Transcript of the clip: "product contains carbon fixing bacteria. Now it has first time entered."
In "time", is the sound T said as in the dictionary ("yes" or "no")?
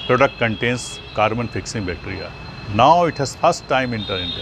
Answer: yes